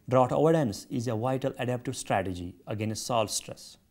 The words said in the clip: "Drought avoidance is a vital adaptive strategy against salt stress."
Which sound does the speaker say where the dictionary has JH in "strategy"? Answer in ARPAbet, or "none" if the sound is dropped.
JH